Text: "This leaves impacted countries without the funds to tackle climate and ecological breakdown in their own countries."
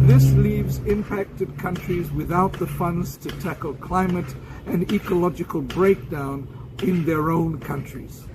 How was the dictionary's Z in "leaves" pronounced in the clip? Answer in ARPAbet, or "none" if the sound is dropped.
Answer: Z